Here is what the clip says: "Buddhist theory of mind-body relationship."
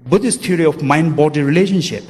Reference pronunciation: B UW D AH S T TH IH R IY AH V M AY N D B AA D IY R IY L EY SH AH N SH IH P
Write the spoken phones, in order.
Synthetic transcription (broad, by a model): B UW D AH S T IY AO R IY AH F M AY N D B AA D IY R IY L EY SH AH N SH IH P